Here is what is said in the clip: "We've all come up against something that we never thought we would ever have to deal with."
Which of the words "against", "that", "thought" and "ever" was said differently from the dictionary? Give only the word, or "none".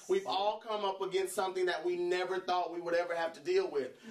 none